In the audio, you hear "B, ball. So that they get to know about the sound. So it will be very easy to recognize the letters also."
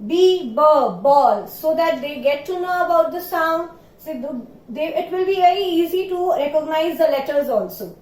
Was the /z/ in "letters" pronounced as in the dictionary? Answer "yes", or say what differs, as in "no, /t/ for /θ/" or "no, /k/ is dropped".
yes